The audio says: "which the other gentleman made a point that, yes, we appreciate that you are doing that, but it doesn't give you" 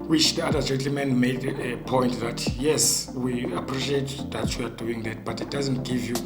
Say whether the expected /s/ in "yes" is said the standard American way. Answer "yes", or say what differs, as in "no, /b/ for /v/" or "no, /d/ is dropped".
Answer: yes